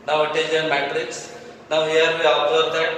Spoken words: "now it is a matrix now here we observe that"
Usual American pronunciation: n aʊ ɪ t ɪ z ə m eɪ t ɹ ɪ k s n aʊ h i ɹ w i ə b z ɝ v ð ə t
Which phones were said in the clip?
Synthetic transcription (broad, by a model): n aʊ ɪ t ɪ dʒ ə m eɪ t ɹ ɪ k s n aʊ h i ɹ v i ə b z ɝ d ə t